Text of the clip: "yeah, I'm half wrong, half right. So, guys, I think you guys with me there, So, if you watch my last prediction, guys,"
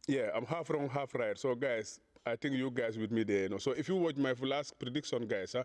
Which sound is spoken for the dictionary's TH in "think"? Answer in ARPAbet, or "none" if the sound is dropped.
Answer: T